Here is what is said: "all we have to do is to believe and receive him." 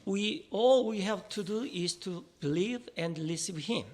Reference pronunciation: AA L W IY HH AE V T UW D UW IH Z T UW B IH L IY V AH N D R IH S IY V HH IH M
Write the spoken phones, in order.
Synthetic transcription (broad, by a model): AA L W IY HH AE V T UW D UW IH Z T UW B IH L IY V AH N D L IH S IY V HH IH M